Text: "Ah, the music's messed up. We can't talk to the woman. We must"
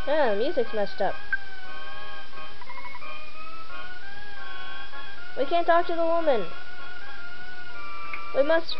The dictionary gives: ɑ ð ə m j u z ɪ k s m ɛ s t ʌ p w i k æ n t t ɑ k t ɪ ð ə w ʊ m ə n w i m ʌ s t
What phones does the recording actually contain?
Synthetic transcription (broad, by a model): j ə m j u z ɪ k s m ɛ ʃ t ʌ p w i k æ n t t ɑ k t ɪ ð ə w ʊ m ə n w i m ʌ s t